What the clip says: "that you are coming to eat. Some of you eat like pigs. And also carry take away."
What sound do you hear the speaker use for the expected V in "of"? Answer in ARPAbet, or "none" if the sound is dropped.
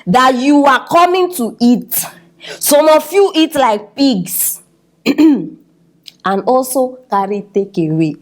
F